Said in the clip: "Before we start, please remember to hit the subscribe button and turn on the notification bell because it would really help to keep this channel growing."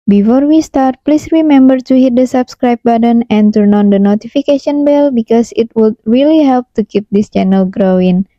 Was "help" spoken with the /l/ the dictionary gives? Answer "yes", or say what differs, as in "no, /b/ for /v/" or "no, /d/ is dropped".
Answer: yes